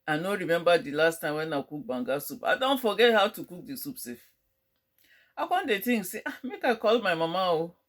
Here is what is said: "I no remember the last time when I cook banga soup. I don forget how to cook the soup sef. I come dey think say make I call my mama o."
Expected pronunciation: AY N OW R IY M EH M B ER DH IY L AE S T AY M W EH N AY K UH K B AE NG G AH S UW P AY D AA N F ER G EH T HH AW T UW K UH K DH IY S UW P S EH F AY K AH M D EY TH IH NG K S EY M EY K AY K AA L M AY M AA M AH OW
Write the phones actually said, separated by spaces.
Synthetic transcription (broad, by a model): AY N OW R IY M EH M B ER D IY L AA S T AY M W EH N AY K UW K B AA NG G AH S UW P AY D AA N F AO G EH T HH AW T UW K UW K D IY S UW P S EH F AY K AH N D EY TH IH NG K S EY M EY K AY K AA L M AY M AA M AH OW